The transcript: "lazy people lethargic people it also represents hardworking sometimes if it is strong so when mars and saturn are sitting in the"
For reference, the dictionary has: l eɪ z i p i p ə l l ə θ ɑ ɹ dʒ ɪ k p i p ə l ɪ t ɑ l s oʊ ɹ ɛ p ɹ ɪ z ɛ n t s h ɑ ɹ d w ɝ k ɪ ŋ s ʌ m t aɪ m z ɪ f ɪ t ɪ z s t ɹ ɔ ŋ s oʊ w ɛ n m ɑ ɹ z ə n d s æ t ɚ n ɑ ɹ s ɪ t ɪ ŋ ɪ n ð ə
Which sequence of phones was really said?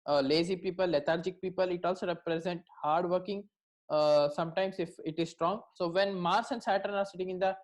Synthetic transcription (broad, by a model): l eɪ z i p i p ə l l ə t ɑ ɹ dʒ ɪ k p i p ə l ɪ t ɑ l s oʊ ɹ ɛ p ɹ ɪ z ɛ n t h ɑ ɹ d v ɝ k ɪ ŋ s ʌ m t aɪ m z ɪ f ɪ t ɪ z s t ɹ ɔ ŋ s oʊ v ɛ n m ɑ ɹ s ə n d s æ t ɚ n ɑ ɹ s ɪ t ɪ ŋ ɪ n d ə